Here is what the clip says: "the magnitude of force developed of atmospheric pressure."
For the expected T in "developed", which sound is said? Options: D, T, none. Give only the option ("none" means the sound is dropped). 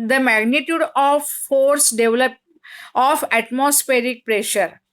none